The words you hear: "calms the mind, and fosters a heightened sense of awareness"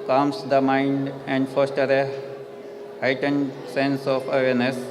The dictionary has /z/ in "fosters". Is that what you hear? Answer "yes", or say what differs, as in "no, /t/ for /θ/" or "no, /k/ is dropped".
no, /z/ is dropped